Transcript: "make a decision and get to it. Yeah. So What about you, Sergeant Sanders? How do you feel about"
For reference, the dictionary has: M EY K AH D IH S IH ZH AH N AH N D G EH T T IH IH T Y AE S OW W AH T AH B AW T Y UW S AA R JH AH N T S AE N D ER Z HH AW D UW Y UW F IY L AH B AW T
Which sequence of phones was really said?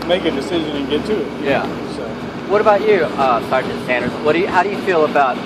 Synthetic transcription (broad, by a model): M EY K AH D IH S IH ZH AH N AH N G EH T T IH IH T Y AE S OW W AH T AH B AW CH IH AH S AA R JH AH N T S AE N D ER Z HH AW D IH Y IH F IY L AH B AW T